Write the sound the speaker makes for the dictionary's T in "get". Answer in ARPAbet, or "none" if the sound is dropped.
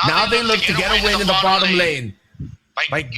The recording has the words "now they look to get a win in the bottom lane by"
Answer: T